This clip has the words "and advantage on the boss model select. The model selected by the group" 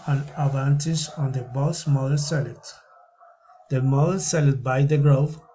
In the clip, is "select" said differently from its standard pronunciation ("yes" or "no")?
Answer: yes